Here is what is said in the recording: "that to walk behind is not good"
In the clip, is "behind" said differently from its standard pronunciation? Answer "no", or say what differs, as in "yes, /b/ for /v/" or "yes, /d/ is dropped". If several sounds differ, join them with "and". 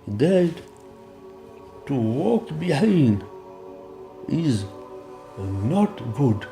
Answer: yes, /d/ is dropped